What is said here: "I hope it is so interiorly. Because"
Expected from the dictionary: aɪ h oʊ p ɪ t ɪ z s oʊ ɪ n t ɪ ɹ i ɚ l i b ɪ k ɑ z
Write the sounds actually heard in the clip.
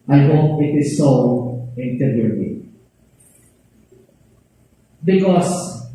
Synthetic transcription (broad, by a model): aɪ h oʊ ɪ t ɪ s oʊ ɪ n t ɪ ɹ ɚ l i b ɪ k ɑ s